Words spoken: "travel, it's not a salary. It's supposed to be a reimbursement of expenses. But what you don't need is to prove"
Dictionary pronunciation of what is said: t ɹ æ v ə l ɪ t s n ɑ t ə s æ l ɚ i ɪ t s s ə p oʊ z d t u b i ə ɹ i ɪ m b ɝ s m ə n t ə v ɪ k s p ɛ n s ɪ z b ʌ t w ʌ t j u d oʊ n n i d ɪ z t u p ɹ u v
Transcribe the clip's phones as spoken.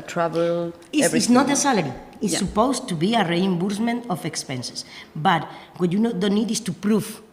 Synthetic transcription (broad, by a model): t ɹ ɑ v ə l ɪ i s n ɑ t ə s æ l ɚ i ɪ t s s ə p oʊ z t u b i ə ɹ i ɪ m b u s m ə n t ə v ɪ k s p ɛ n s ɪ s b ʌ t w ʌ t j u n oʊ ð n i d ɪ s t u p ɹ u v